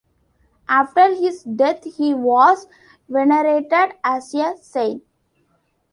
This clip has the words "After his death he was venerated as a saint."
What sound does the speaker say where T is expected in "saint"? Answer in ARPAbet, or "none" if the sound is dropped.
none